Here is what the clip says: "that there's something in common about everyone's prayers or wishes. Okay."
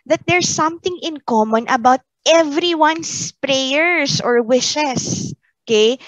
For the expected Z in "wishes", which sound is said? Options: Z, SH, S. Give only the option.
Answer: S